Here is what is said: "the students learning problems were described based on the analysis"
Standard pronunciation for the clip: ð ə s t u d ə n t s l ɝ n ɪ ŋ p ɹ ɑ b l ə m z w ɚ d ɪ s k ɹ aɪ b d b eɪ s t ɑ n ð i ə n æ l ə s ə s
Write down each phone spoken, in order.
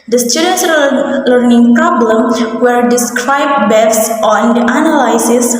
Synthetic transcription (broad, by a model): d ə s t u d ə n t s l ɝ n ɪ ŋ p ɹ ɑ b l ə m w ɚ d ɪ s k ɹ aɪ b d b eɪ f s ɑ n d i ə n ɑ l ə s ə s